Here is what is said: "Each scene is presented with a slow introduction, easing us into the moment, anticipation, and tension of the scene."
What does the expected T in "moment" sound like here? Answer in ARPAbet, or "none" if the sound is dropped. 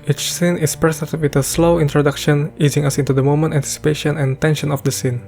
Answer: T